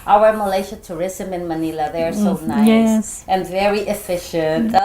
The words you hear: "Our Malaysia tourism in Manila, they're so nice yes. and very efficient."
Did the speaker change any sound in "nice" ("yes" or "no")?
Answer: yes